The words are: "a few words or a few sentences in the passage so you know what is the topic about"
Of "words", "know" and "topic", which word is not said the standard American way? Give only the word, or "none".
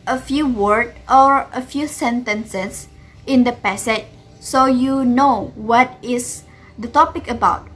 words